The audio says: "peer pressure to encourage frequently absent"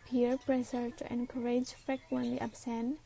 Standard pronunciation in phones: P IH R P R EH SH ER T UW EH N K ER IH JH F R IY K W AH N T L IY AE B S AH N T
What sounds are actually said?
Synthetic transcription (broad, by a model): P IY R P R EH S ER T UW EH N K ER IH JH F R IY K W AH N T L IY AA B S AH N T